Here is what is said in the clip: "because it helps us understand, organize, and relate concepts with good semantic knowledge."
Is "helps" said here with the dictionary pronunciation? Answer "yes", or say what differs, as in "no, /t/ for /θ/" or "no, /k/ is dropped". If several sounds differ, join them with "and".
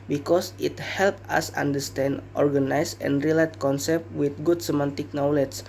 no, /s/ is dropped